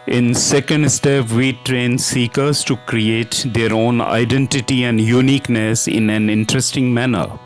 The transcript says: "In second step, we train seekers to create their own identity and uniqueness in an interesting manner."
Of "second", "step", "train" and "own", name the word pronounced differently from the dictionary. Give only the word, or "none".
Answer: none